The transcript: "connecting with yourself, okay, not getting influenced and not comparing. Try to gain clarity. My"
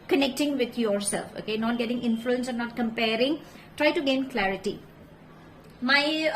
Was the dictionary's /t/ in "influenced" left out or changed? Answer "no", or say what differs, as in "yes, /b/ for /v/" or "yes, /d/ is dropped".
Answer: yes, /t/ is dropped